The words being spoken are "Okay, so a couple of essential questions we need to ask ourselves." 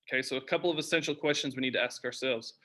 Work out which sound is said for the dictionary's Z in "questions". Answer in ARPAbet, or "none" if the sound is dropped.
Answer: Z